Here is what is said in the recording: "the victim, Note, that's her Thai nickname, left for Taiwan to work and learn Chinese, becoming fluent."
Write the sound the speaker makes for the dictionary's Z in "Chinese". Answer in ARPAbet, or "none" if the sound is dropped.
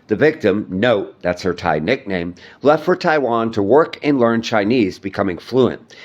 Z